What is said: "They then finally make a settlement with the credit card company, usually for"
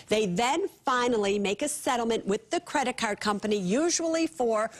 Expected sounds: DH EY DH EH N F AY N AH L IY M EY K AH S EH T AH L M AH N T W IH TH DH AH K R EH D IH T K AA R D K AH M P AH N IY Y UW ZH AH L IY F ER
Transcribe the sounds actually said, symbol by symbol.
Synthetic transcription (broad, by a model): DH EY DH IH N F AY N L IY M EY K AH S EH T L M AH N T W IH DH AH K R EH D IH T K AA R D K AH M P AH N IY Y UW ZH AH L IY F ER